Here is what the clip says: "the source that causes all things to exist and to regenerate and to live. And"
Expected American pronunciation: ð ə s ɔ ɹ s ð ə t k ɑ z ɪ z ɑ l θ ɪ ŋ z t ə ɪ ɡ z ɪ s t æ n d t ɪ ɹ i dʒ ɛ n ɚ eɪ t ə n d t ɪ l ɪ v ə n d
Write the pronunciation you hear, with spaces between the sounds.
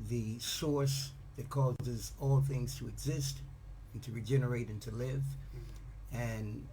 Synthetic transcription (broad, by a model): ð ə s ɔ ɹ s ð ə t k ɑ z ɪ z ɑ l θ ɪ ŋ z t ə ɪ ɡ z ɪ s t n t ɪ ɹ i dʒ ɛ n ɚ eɪ t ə n t ɪ l ɪ v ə n